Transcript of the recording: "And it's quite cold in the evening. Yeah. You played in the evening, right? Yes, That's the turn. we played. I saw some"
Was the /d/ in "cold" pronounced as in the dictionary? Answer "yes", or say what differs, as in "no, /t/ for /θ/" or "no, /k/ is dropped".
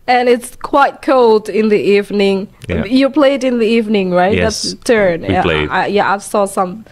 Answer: yes